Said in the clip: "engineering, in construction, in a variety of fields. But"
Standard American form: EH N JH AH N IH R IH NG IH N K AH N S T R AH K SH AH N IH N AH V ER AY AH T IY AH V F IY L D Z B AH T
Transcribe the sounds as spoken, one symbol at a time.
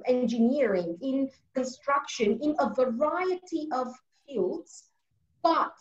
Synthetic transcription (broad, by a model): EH N JH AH N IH R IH NG IH N K AH N S T R AH K SH AH N IH N AH V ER AY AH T IY AH V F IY L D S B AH T